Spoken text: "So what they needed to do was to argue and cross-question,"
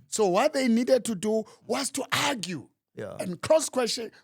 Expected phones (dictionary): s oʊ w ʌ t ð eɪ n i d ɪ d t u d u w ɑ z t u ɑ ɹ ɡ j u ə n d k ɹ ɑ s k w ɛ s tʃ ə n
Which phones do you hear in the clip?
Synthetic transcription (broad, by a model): s oʊ w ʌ t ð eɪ n i d ɪ d t u d u w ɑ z t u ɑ ɡ j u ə n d k l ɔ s k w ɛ s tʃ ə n